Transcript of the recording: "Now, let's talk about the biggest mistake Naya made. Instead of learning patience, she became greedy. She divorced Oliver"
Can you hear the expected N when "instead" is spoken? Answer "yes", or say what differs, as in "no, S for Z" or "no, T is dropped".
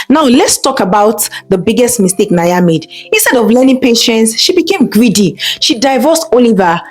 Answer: yes